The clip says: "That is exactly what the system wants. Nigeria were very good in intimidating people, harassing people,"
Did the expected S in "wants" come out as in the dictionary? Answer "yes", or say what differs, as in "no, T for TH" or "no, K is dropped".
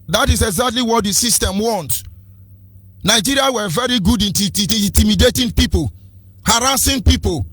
no, S is dropped